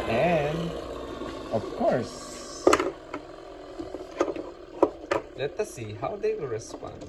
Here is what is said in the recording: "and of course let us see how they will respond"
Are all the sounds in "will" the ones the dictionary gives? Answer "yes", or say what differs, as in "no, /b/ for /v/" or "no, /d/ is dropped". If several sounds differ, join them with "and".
no, /w/ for /l/